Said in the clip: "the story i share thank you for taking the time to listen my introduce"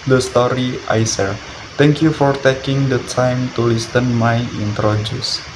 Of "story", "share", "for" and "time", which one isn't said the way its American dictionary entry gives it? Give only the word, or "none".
share